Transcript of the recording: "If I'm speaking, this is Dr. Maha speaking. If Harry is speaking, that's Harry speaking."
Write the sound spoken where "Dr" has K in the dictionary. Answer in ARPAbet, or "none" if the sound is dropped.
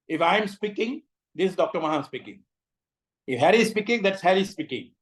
K